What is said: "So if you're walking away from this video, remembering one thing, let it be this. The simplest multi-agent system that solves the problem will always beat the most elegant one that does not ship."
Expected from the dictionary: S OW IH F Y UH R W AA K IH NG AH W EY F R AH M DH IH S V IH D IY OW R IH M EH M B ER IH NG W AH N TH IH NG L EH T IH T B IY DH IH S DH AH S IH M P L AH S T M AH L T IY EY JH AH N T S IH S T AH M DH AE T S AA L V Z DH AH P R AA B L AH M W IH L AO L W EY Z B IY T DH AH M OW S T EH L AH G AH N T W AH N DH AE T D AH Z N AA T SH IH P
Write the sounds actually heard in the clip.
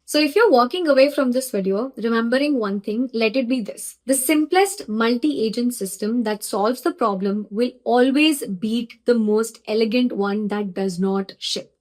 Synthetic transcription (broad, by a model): S OW IH F Y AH R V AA K IH NG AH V EY F R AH M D IH S V IH D IY OW R IH M EH M B ER IH NG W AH N T IH NG L EH T IH T B IY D IH S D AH S IH M P L AH S T M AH L T IY EY JH AH N T S IH S T AH M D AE T S AA L V Z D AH P R AA B L AH M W IH L AO L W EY Z B IY T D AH M OW S T EH L AH G AH N T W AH N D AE T D AH Z N AA T SH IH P